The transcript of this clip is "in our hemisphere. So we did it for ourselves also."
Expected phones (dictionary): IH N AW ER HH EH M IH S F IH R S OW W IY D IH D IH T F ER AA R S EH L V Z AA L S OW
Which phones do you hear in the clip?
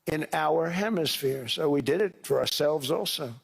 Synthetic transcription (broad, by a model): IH N AW ER HH EH M IH S F IH R S OW W IY D IH D IH T F ER AA R S EH L V Z AA L S OW